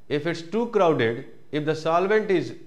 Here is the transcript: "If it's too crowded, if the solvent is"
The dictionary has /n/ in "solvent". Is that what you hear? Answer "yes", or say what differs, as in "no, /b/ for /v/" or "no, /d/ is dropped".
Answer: yes